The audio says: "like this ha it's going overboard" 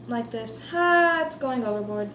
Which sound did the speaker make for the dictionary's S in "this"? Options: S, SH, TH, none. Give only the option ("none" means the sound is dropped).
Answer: S